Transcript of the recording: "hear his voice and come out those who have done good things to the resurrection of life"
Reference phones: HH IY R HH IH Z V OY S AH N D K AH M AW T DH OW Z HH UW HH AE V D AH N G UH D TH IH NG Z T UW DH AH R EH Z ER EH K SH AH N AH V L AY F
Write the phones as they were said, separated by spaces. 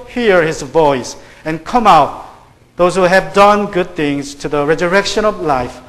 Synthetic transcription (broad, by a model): HH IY R HH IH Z V OY S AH N K AH M AW T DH OW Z HH UW HH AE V D AH N G UH D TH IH NG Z T UW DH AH R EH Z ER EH K SH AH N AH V L AY F